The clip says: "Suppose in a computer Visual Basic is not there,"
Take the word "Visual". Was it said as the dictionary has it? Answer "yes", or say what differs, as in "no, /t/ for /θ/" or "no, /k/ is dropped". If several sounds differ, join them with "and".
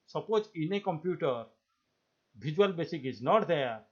no, /b/ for /v/